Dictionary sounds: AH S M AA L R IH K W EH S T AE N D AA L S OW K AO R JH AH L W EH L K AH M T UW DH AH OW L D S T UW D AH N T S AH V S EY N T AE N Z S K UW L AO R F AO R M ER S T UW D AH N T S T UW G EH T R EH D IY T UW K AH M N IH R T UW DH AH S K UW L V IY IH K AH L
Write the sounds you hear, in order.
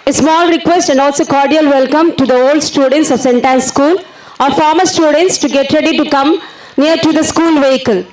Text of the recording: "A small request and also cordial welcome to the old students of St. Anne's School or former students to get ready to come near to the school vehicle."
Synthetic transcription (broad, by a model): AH S M AA L R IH K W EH S T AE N D AA L S OW K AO R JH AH L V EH L K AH M T UW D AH OW L D S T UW D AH N T S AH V S EY N T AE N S S K UW L AO R F AO R M ER S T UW D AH N T S T UW G EH T R EH D IY T UW K AH M N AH R T UW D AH S K UW L V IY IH K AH L